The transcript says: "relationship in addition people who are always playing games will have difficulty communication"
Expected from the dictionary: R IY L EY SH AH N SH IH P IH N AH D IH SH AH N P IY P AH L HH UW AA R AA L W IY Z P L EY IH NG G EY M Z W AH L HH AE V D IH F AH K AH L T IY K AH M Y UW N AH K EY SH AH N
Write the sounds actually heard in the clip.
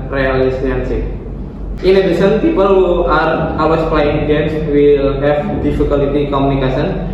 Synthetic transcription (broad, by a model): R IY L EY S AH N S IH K IH N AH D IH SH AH N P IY P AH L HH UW AA R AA W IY S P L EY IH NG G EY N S W AH L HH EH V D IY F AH K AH L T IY K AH M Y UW N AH K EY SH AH N